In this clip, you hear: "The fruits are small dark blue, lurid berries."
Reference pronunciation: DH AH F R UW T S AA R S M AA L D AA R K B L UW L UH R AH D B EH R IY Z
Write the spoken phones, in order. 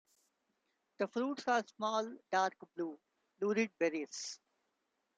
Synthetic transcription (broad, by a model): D AH F R UW T S AA R S M AA L D AA R K B L UW L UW R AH D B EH R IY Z